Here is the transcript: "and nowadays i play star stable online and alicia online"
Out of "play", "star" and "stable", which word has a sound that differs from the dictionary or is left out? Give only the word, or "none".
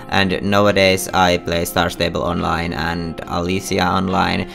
none